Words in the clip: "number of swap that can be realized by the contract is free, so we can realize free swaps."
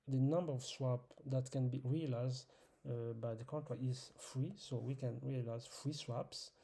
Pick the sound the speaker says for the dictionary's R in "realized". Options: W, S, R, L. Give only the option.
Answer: R